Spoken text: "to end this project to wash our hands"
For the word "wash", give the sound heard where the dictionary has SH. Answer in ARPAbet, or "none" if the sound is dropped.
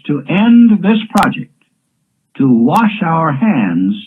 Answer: SH